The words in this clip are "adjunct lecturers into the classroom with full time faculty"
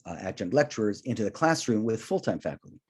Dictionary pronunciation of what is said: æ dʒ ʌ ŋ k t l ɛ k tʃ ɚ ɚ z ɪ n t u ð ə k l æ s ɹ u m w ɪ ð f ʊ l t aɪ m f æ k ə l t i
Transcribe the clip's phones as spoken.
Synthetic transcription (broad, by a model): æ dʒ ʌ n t l ɛ k tʃ ɚ ɚ z ɪ n t u ð ə k l æ s ɹ u m w ɪ ð f ʊ l t aɪ m f æ k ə l t i